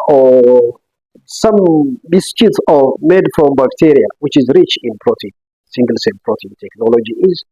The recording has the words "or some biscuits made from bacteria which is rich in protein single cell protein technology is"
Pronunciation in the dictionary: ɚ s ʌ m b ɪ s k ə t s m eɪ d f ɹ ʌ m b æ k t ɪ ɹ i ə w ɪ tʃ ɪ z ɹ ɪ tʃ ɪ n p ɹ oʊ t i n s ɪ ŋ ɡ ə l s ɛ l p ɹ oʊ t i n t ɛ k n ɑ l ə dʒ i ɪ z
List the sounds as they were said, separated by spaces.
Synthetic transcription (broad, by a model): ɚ s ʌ m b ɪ s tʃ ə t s m eɪ d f ɹ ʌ m b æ k t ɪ ɹ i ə w ɪ tʃ ɪ z ɹ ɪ tʃ ɪ n p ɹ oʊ t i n s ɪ ŋ ɡ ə l s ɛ n p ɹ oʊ t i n t ɛ k n ɑ l ə dʒ i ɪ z